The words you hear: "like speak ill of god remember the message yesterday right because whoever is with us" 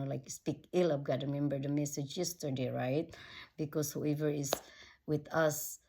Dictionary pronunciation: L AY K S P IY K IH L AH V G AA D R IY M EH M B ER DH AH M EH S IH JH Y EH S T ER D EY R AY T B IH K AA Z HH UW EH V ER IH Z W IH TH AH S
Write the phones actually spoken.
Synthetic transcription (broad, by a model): L AY K S P IY K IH L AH P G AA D R IY M EH M B ER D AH M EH S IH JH Y EH S T ER D EY R AY T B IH K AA S HH UW EH V ER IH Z W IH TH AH S